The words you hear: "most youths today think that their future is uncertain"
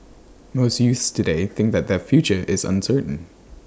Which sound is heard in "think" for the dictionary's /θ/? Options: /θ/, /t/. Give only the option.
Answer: /θ/